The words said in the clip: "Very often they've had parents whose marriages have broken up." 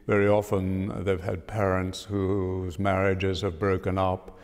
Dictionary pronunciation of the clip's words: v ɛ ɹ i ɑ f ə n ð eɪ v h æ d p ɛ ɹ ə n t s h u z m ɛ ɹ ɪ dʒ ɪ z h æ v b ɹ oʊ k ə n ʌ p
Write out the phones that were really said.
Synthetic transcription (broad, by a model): v ɛ ɹ i ɑ f ə n ð eɪ v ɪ d p ɛ ɹ ə n t s h u z m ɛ ɹ ɪ dʒ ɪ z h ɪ v b ɹ oʊ k ə n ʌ p